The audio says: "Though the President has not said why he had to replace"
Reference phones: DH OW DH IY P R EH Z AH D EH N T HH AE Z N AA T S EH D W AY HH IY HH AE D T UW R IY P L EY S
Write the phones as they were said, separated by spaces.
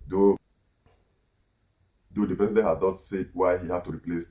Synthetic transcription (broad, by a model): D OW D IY P R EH S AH D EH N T HH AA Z N AA T S EH D W AY HH IY HH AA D T UW R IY P L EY S